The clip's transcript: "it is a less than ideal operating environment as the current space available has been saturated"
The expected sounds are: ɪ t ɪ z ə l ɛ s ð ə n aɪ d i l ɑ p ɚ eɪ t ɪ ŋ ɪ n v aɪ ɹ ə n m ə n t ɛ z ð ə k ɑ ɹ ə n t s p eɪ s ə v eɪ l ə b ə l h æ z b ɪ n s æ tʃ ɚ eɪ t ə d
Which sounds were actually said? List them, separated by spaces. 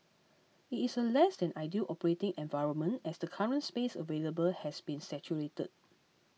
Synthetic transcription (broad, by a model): ɪ t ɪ s ə l ɛ s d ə n aɪ d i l ɑ p ɚ eɪ t ɪ ŋ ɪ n v aɪ ɹ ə n m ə n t ɛ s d ə k ɑ ɹ ə n t s p eɪ s ə v eɪ l ə b ə l h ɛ s b ɪ n s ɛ tʃ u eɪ t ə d